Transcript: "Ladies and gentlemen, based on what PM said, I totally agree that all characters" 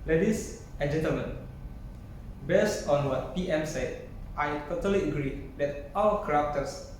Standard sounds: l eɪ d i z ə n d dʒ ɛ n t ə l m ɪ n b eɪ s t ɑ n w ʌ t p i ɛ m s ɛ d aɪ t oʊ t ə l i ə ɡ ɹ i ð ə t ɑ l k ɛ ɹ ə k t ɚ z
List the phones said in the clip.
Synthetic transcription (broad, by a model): l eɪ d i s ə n dʒ ɛ n t ə l m ɪ n b eɪ s t ɑ n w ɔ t p i ɛ m s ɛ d aɪ t oʊ t ə l i ə ɡ ɹ i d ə t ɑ w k ɹ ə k t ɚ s